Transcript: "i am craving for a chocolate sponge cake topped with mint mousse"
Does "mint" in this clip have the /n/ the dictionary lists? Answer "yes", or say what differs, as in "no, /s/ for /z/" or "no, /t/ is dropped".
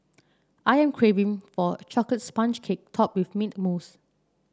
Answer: no, /n/ is dropped